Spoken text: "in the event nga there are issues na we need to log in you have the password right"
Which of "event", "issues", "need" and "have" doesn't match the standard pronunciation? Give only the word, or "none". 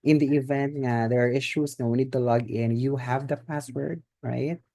issues